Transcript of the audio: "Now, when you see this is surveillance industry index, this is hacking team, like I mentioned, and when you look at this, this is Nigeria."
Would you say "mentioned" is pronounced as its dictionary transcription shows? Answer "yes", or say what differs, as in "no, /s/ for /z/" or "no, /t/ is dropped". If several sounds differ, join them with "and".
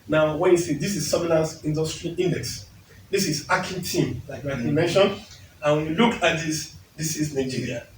no, /d/ is dropped